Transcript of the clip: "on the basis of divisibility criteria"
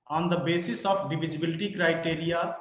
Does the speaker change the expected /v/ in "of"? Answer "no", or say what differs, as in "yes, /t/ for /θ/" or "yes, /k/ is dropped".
yes, /p/ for /v/